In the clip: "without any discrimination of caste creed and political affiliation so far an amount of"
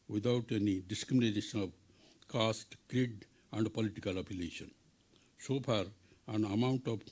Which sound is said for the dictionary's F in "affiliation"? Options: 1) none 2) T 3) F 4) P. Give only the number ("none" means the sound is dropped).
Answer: 4